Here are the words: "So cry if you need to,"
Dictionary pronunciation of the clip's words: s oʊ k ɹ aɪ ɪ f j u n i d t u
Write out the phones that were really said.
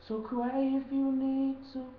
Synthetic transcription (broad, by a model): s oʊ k w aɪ ɪ f j u n i d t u